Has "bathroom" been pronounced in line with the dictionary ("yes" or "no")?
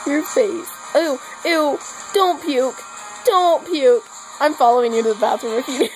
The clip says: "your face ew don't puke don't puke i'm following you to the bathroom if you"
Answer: no